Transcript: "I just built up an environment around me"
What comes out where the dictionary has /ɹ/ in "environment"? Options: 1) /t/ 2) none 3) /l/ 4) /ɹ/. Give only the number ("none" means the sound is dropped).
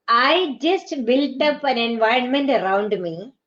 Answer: 4